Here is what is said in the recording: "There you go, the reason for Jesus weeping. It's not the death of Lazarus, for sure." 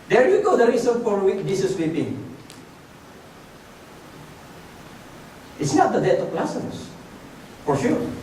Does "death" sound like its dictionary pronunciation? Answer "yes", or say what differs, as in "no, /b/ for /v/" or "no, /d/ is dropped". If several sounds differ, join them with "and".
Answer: no, /t/ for /θ/